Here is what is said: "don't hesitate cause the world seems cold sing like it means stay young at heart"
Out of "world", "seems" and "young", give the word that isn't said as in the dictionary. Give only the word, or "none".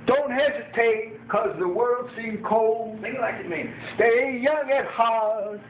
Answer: seems